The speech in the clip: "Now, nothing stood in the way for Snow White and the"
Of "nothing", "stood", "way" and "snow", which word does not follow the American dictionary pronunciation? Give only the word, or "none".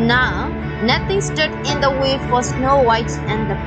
nothing